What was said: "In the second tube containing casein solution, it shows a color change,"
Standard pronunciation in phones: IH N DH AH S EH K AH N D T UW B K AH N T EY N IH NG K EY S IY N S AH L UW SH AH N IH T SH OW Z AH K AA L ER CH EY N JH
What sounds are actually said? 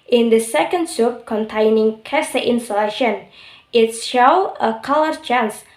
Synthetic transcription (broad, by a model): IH N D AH S EH K AH N D S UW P K AH N T EY N IH NG K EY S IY N S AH L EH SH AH N IH T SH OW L AH K AA L ER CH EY N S